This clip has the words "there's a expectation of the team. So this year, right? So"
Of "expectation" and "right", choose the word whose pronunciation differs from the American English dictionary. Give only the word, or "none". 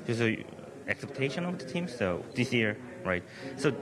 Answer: expectation